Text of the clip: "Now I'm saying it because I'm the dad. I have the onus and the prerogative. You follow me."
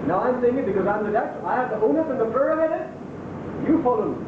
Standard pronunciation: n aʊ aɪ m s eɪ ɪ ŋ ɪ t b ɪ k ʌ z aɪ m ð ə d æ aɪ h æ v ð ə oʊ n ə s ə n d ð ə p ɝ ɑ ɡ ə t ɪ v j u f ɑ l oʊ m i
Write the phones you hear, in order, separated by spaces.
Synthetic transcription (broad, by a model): n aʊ aɪ m s eɪ ɪ ŋ ɪ t b ɪ k ʌ z aɪ m ð ə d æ aɪ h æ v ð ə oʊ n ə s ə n ð ə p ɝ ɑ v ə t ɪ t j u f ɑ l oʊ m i